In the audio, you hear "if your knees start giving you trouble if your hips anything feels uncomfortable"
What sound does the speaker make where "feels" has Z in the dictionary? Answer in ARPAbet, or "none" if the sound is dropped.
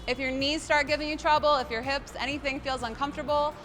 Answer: Z